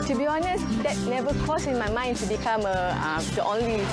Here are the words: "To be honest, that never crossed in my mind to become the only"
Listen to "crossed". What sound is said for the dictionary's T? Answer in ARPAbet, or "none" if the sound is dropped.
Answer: none